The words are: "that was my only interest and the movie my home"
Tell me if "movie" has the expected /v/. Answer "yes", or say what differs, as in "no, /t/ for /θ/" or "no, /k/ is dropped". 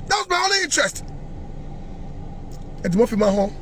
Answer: no, /f/ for /v/